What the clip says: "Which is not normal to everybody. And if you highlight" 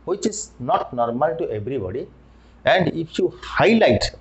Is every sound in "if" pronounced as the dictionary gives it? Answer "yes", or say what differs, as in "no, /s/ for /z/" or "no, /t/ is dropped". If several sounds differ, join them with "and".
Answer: no, /p/ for /f/